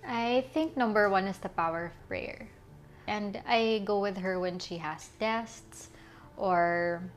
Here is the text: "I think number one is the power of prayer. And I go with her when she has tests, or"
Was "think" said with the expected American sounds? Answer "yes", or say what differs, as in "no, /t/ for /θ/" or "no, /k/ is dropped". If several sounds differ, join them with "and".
yes